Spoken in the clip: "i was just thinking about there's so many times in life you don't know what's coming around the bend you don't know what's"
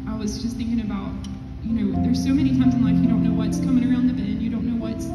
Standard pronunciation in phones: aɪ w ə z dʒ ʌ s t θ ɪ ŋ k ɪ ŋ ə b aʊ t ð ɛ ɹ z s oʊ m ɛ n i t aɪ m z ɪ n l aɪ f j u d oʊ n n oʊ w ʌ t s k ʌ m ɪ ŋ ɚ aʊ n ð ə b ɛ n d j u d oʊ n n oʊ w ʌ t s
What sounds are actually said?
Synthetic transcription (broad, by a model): aɪ w ə z dʒ ʌ s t θ ɪ ŋ k ɪ ŋ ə b aʊ t ð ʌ ɹ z s oʊ m ɛ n i t aɪ m z ɪ n l aɪ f j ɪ d oʊ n n oʊ w ʌ t s k ʌ m ɪ ŋ ɚ aʊ n ð ə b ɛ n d j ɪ d oʊ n n oʊ w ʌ t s